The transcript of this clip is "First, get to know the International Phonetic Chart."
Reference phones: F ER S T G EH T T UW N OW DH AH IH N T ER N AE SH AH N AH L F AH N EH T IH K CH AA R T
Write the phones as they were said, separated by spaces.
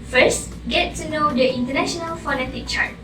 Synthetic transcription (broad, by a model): F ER S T G EH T T UW N OW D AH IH N T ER N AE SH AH N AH L F AH N EH T IH K CH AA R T